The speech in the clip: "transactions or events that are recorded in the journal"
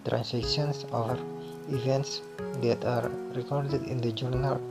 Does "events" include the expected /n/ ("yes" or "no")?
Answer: yes